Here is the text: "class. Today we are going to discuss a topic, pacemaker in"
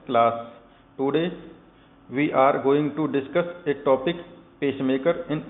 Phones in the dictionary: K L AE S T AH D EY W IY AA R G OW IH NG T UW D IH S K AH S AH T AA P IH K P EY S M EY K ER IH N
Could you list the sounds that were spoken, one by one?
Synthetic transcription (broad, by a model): K L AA S T AH D EY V IY AA R G OW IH NG T UW D IH S K AH S AH T AA P IH K P EY SH M EY K ER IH N